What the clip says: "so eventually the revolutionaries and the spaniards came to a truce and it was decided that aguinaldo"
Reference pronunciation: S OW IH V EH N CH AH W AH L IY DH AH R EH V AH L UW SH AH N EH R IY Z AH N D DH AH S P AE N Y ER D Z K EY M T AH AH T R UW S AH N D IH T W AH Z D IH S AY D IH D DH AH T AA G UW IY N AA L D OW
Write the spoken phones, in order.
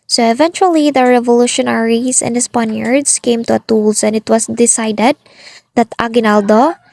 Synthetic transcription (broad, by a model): S OW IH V EH N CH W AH L IY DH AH R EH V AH L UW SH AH N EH R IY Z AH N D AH S P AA N Y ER D S K EY M T AH AH T UW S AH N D IH T W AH S D IH S AY D IH D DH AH T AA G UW N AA L D OW